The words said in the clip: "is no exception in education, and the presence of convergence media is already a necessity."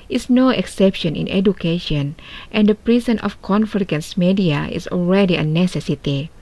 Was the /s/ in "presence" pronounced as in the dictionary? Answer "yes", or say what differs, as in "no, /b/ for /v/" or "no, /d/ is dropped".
no, /s/ is dropped